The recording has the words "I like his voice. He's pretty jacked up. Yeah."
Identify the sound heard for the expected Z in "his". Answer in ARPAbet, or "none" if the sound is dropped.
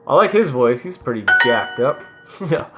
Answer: Z